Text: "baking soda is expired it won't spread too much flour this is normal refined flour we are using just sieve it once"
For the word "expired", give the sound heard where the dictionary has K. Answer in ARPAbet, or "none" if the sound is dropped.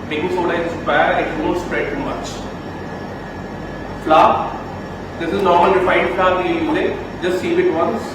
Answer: none